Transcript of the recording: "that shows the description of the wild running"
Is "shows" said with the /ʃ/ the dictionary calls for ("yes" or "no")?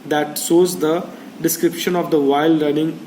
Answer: no